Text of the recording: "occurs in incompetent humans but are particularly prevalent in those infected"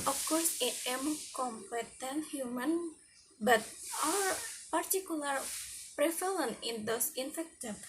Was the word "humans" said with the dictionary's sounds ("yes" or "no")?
no